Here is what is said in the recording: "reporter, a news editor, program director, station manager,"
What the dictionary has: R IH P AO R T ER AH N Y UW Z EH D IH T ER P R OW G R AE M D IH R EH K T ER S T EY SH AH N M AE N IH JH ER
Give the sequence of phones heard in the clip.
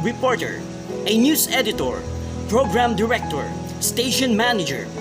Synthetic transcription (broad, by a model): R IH P AO R T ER AH N Y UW S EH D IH T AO P R OW G R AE M D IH R EH K T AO S T EY SH AH N M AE N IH JH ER